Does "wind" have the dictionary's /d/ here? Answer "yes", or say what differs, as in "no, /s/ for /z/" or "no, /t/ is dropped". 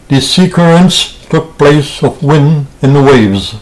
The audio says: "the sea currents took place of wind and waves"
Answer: no, /d/ is dropped